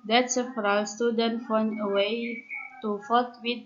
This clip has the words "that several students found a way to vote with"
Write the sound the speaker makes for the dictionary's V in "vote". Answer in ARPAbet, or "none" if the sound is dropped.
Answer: F